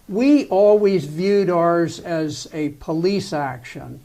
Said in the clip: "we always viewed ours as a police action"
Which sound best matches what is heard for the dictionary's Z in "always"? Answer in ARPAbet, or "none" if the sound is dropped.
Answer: Z